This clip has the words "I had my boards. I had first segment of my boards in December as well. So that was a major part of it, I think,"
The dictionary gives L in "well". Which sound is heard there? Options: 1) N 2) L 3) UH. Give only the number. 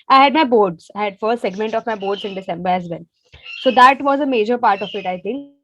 1